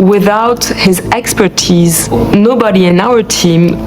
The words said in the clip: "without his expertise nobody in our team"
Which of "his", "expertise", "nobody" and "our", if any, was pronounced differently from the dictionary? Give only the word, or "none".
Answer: none